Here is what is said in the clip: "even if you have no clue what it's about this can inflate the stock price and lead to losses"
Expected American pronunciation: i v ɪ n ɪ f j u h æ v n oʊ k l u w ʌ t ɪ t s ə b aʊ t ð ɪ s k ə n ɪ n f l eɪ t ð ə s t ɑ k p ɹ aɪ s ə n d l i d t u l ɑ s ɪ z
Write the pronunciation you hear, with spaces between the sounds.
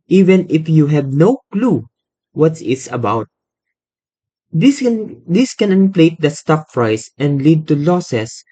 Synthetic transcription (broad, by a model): i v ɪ n ɪ f j u h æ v n oʊ k l u w ʌ t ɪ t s ə b aʊ t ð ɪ s k ə n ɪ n p l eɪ t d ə s t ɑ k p ɹ aɪ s ə n d l i d t u l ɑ s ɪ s